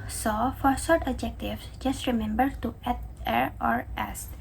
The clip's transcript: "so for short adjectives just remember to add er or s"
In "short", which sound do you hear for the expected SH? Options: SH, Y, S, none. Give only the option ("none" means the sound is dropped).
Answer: S